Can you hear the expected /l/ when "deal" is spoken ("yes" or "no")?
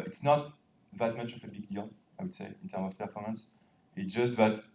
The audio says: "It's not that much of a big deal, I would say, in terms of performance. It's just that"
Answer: no